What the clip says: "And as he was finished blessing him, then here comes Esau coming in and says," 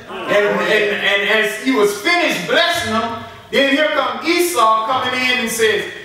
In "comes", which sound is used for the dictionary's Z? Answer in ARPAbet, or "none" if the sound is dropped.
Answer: none